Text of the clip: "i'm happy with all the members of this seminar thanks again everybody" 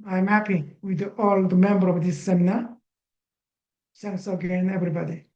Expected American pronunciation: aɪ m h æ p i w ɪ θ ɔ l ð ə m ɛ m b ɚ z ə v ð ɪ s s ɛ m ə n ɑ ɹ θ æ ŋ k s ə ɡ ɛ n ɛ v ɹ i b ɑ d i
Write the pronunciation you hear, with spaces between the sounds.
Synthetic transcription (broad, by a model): aɪ m h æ p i w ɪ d ɔ l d m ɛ m b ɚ ə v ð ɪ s s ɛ m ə n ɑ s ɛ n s ə ɡ ɛ n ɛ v ɹ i b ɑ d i